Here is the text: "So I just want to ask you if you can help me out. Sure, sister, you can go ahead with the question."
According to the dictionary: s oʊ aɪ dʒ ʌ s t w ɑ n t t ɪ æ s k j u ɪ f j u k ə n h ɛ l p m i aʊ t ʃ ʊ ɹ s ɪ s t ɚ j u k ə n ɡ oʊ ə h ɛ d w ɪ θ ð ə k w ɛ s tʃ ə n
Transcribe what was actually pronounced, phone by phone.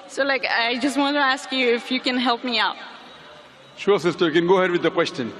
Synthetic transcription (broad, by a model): s oʊ aɪ dʒ ʌ s t w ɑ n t t ɪ æ s k j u ɪ f j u k ə n h ɛ l p m i aʊ t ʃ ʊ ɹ s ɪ s t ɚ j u k ə n ɡ oʊ h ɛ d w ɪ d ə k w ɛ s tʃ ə n